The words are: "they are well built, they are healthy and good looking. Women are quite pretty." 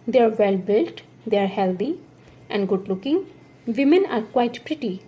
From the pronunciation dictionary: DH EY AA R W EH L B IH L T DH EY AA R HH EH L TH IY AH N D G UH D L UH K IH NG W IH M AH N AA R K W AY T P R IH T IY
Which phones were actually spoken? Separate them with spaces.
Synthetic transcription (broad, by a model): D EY AA R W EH L B IH L T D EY AA R HH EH L T IY AH N D G UH D L UH K IH NG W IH M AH N AA R K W AY T P R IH T IY